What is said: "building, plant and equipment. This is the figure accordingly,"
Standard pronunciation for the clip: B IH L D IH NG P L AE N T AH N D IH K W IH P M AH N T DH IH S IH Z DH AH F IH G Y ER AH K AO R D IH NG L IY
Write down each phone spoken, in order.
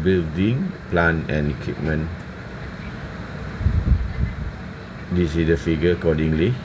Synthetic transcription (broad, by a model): B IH L D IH NG P L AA N AH N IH K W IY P M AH N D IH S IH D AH F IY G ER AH K AO D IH NG L IY